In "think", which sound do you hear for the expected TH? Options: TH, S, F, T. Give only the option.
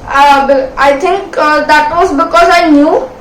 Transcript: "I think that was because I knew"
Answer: T